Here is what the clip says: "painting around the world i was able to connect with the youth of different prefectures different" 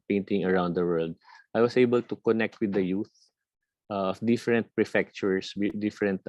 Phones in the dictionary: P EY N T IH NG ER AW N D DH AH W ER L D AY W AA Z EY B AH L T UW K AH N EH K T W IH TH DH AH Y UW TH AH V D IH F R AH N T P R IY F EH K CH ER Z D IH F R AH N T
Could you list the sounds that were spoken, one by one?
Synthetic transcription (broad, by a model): P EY N T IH NG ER AW N D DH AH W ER L D AY W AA S EY B AH L T UW K AH N EH K T W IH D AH Y UW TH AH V D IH F R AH N T P R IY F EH K CH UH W D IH F R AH N T